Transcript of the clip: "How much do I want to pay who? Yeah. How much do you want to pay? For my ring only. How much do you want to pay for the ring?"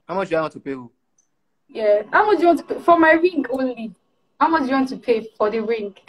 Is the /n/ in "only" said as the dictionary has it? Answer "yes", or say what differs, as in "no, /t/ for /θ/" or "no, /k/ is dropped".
yes